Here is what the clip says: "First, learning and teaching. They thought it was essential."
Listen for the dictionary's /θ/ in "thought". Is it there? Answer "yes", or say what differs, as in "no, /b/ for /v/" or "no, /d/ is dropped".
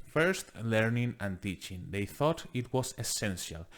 yes